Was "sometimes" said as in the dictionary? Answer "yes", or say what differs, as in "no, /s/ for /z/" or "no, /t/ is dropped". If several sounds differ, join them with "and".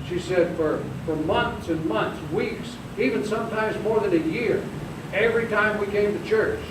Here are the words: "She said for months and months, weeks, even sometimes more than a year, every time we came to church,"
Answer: yes